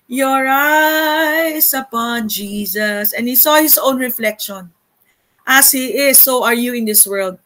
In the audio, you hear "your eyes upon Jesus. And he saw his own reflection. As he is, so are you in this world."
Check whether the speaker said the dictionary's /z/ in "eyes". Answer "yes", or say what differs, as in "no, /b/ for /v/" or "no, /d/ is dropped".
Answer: no, /s/ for /z/